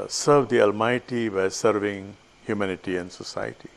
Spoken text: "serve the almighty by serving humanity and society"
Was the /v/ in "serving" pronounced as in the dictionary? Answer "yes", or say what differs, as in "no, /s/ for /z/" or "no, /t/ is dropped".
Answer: yes